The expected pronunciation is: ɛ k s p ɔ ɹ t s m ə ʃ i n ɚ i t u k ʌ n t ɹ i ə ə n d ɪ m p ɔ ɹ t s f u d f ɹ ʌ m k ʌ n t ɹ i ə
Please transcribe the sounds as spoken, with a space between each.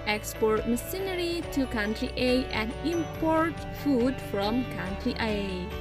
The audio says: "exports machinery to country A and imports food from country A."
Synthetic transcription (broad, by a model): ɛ k s p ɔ ɹ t m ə s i n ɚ i t u k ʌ n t ɹ i ə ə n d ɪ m p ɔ ɹ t f u d f ɹ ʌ m k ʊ n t ɹ i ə